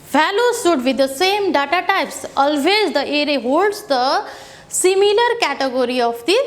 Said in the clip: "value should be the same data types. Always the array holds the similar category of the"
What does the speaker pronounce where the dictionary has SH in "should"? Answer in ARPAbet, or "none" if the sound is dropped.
S